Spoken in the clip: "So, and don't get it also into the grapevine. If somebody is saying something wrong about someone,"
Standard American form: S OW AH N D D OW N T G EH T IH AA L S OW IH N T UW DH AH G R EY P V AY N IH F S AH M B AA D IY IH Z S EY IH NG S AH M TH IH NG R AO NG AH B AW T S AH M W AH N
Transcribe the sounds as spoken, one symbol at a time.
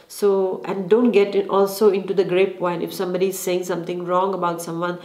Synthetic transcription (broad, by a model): S OW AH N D D OW N T G EH T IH AA L S OW IH N T UW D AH G R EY P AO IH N IH F S AH M B AA D IY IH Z S EY IH NG S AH M T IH NG R AO NG AH B AW T S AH M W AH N